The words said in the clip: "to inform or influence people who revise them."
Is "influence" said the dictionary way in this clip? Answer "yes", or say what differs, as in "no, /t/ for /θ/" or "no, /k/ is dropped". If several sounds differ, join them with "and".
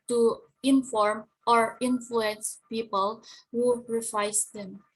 yes